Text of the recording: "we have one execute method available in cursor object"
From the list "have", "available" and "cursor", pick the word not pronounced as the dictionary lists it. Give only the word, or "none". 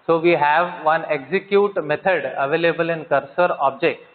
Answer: none